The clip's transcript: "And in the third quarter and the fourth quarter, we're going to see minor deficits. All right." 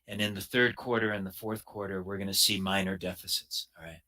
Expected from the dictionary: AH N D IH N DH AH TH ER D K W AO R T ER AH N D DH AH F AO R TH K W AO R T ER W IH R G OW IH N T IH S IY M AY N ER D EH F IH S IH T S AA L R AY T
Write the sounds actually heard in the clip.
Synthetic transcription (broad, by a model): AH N IH N DH AH TH ER D K W AO R T ER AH N DH AH F AO R TH K W AO R T ER W IH R G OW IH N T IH S IY M AY N ER D EH F IH S IH T S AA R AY T